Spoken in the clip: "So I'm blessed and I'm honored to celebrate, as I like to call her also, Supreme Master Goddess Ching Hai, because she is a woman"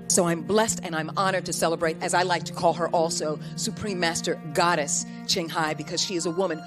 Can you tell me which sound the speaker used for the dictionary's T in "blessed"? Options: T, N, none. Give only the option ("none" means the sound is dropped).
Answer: T